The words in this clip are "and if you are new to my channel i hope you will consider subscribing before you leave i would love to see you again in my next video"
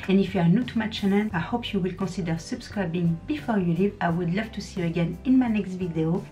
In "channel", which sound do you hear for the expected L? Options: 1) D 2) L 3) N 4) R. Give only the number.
3